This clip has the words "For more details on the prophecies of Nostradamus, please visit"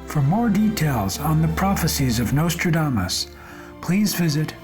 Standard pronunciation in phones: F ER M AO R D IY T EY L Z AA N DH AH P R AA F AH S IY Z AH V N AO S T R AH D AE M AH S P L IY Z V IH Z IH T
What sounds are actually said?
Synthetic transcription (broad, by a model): F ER M AO R D IY T EY L Z N DH AH P R AA F AH S IY Z AH V N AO S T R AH D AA M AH S P L IY Z V IH Z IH T